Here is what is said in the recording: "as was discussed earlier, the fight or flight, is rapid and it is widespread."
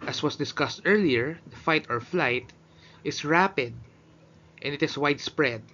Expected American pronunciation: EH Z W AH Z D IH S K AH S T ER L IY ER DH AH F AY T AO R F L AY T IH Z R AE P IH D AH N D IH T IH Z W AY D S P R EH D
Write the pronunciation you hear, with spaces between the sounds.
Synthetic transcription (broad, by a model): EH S W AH S D IH S K AH S T ER L IY ER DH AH F AY T AO R F L AY T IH S R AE P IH D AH N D IH T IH S W AY D S P R EH D